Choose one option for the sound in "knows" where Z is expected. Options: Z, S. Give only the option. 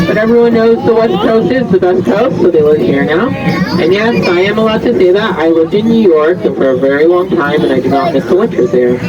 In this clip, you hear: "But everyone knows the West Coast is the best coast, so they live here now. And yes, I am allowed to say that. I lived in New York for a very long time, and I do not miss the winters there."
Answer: Z